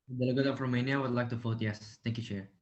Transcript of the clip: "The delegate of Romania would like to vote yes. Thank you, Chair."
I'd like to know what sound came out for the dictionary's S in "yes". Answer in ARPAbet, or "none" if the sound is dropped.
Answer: S